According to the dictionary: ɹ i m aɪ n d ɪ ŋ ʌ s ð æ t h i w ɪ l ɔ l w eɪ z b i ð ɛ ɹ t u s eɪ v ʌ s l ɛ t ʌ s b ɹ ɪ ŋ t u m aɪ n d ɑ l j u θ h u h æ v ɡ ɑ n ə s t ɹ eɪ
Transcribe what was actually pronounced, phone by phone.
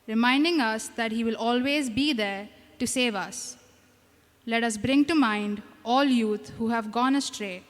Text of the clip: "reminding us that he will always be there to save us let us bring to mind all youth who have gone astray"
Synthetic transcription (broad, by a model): ɹ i m aɪ n d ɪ ŋ ʌ s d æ t h i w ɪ l ɔ l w eɪ z b i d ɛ ɹ t u s eɪ v ʌ s l ɛ t ʌ s b ɹ ɪ ŋ t u m aɪ n d ɑ l j u t h u h æ v ɡ ɑ n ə s t ɹ eɪ